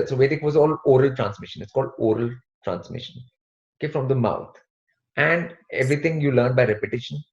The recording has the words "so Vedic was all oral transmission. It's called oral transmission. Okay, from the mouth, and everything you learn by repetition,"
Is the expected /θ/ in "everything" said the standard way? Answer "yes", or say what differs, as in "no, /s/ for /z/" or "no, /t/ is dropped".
no, /t/ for /θ/